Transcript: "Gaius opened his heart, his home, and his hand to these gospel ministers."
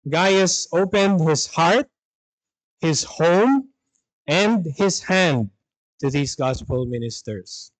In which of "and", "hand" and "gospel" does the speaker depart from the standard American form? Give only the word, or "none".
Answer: none